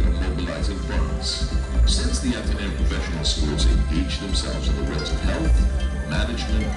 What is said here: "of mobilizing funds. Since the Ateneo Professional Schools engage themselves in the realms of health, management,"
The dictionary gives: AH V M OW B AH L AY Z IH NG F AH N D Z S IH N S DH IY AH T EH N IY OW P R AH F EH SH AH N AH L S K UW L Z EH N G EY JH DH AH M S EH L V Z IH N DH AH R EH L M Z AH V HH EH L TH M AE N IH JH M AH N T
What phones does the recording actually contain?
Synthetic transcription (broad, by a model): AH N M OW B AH L AY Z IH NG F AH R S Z S IH N S DH IY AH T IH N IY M P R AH F EH SH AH N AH L S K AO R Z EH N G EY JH DH AH M S EH L V Z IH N DH AH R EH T AH V HH EH L TH M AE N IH JH M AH N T